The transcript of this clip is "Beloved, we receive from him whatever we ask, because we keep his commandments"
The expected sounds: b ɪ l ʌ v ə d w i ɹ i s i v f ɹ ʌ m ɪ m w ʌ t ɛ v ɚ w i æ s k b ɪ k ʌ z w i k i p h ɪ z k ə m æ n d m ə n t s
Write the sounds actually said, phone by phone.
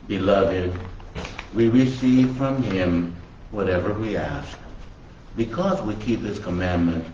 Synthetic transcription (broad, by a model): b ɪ l ʌ v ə d w i ɹ i s i v f ɹ ʌ m ɪ m w ʌ t ɛ v ɚ w i æ s k b ɪ k ʌ z w i k i p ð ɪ s k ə m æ n m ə n t